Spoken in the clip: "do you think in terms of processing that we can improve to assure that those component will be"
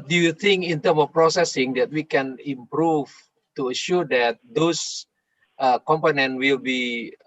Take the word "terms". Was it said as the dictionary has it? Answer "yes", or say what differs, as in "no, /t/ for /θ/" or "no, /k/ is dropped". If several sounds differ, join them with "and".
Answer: no, /z/ is dropped